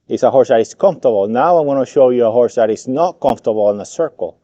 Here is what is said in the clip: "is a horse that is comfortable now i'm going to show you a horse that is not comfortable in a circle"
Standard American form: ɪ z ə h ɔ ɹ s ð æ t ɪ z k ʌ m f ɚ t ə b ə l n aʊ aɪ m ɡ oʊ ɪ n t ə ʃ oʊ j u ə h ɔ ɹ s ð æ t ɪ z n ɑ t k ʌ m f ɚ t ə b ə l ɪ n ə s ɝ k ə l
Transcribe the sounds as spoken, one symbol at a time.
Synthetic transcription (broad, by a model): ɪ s ə h ɔ ɹ s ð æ t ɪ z k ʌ m f t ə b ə l n aʊ aɪ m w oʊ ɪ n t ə ʃ oʊ j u ə h ɔ ɹ s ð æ t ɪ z n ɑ t k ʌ m f t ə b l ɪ n ə s ɝ k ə l